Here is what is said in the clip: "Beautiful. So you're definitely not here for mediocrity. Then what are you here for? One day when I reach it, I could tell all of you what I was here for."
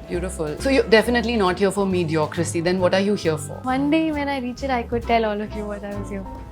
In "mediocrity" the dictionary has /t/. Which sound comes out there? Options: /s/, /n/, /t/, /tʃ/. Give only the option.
/s/